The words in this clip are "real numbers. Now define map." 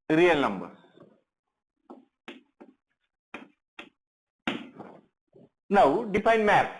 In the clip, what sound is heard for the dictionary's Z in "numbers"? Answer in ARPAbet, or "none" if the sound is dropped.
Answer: none